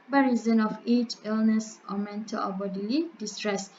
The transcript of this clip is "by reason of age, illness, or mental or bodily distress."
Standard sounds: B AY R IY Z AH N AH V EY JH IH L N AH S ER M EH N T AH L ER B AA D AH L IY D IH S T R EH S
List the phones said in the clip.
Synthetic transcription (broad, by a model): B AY R IY Z AH N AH F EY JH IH L N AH S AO M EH N T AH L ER B AA D AH L IY D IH S T R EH S